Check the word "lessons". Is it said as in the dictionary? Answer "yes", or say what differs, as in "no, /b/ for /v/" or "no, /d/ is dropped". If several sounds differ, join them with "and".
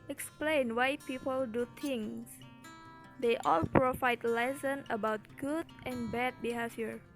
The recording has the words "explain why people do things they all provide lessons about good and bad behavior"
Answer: no, /z/ is dropped